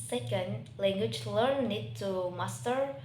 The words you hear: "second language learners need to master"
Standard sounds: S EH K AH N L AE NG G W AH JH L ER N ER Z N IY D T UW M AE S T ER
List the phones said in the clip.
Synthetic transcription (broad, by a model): S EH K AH N L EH NG G W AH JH L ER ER N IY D T UW M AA S T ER